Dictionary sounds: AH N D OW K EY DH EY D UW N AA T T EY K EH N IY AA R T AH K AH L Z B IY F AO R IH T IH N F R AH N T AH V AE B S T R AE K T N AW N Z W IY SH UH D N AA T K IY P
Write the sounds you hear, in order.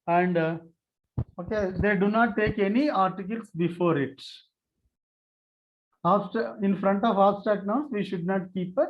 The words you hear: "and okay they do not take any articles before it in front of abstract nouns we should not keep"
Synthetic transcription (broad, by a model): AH N D OW K EY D EY D UW N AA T T EY K EH N IY AA R T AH K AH L S B IY F AO R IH T IH N F R AH N T AH V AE S T AE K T N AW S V IY SH UH D N AA T K IY P